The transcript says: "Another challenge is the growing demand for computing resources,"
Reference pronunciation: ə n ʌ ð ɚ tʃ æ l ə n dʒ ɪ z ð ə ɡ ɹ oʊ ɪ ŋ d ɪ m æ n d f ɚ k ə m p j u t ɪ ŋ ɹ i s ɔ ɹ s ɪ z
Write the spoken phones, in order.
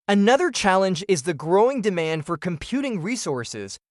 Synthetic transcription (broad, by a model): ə n ʌ ð ɚ tʃ æ l ə n dʒ ɪ z ð ə ɡ ɹ oʊ ɪ ŋ d ɪ m æ n d f ɚ k ə m p j u t ɪ ŋ ɹ i s ɔ ɹ s ɪ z